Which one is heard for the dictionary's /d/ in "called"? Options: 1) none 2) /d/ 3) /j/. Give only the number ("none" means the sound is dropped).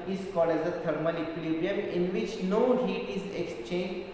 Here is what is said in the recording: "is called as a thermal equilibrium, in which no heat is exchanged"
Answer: 1